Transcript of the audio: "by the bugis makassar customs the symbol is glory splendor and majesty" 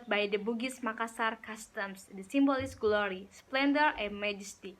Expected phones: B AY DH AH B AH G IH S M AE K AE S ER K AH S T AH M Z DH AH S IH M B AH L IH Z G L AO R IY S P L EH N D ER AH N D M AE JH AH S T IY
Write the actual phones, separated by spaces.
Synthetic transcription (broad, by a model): B AY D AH B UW G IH S M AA K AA S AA K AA S T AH M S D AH S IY M B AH L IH S G L AO R IY S P L EH N D ER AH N M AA JH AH S T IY